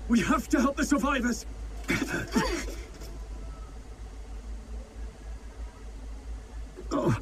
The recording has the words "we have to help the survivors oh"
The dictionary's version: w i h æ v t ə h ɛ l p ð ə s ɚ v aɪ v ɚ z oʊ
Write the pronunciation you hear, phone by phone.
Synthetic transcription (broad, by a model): w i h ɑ f t ə h ɛ l p ð ə s ɚ v aɪ v ɚ z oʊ